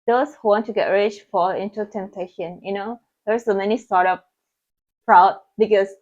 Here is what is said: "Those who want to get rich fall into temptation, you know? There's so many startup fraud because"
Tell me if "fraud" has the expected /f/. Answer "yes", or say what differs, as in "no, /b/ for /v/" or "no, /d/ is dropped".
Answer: no, /p/ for /f/